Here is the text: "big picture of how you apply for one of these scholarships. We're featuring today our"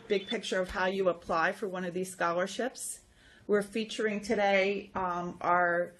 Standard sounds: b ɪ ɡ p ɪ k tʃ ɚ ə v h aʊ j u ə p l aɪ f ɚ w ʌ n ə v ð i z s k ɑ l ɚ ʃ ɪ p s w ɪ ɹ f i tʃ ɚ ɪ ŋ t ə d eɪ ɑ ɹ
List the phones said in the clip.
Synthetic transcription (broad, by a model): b ɪ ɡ p ɪ k tʃ ɚ ə v h aʊ j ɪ ə p l aɪ f ɚ w ʌ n ə v ð i z s k ɑ l ɚ ʃ ɪ p s w ɪ ɹ f i tʃ ɚ ɪ ŋ t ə d eɪ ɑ ɹ